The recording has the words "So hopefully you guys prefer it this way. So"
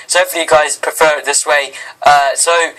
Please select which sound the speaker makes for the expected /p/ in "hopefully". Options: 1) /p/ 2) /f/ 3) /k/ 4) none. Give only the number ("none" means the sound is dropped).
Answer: 4